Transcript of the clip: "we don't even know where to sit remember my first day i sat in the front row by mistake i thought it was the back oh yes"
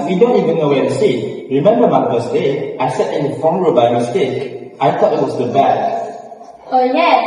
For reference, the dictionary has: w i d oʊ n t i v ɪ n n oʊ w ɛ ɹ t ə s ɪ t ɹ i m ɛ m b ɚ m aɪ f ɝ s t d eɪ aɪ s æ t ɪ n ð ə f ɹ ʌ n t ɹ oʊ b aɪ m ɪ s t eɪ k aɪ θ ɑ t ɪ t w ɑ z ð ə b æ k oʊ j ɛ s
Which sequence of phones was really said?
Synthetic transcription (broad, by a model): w i d oʊ n t i v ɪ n n oʊ w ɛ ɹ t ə s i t ɹ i m ɛ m b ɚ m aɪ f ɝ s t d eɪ aɪ s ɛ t ɪ n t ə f ɔ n ɹ oʊ b aɪ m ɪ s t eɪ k aɪ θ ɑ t ɪ t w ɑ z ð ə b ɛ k oʊ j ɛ